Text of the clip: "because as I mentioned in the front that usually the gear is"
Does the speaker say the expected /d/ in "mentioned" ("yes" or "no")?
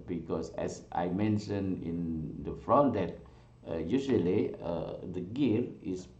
no